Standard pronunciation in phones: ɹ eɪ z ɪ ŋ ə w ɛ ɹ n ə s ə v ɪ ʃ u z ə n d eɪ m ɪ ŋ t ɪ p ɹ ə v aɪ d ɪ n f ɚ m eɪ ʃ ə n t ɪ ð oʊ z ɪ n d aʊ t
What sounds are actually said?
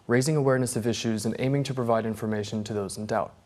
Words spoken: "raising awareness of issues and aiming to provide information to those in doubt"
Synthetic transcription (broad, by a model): ɹ eɪ z ɪ ŋ ə w ɛ ɹ n ə s ə v ɪ ʃ u z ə n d eɪ m ɪ ŋ t ɪ p ɹ ə v aɪ d ɪ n f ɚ m eɪ ʃ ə n t ɪ ð oʊ z n d aʊ t